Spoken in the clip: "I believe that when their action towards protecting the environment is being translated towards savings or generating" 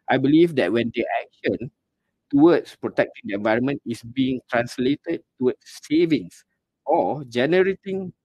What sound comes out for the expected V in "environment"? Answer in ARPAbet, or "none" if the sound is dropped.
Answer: V